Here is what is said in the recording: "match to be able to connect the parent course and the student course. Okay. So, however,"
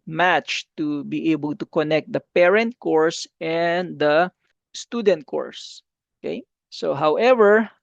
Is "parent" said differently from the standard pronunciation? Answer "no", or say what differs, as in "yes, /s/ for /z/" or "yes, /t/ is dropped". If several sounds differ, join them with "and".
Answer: no